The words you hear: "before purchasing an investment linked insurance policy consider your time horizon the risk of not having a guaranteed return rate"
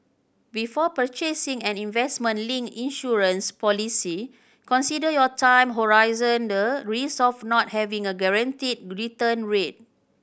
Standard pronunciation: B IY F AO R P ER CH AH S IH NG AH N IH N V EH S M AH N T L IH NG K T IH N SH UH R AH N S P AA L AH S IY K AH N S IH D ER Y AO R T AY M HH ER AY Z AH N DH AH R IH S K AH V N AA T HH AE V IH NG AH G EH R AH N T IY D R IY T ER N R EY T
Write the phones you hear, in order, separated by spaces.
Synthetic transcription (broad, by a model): B IY F AO P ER CH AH S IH NG AH N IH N V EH S M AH N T L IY NG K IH N SH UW R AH N S P AA L AH S IY K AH N S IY D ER Y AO T AY M HH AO AY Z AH N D AH R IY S AH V N AA T HH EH V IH NG AH G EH R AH N T IY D R IY T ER N R EY T